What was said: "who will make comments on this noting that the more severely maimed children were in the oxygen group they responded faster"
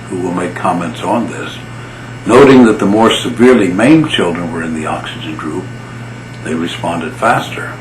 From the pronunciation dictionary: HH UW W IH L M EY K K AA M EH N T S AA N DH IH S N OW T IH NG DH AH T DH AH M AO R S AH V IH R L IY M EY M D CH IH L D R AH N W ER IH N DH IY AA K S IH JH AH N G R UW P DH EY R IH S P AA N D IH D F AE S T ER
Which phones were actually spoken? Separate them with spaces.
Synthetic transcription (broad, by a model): HH UW W IH L M EY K K AA M EH N T S N DH IH S N OW T IH NG DH AH T DH AH M AO R S AH V IH R L IY M EY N CH IH L D R AH N W ER IH N DH IY AA K S IH JH AH N G R UW P DH EY R IH S P AA N D IH D F AE S T ER